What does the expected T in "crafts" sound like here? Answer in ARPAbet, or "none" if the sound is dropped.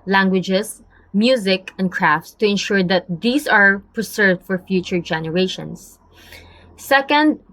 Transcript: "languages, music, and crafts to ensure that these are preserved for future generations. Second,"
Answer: T